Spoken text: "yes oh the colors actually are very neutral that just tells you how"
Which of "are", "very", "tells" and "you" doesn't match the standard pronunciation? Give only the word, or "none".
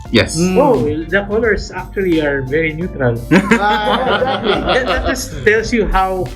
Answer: tells